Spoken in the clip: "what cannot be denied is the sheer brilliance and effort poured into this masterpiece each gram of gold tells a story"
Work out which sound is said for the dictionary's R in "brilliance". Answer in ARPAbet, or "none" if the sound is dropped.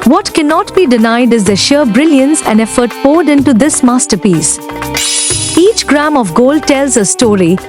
R